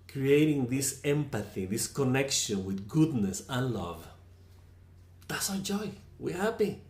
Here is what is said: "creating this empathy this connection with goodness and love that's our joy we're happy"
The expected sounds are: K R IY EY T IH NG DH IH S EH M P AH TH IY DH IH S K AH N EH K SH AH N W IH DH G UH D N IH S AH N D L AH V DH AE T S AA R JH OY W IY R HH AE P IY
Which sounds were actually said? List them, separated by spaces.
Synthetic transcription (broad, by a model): K R IY EY T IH NG DH IH S EH M P AH TH IY DH IH S K AH N EH K SH AH N W IH DH G UH D N IH S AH N L AH V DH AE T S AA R JH OY W IY R HH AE P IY